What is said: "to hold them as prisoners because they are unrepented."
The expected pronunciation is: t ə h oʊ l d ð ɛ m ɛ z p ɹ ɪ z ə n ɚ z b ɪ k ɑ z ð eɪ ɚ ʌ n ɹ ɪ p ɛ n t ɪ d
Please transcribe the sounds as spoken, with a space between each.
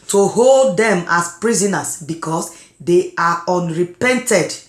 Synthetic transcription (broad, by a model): t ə h oʊ l d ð ɛ m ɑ s p ɹ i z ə n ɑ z b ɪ k ɑ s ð eɪ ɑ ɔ n ɹ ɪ p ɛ n t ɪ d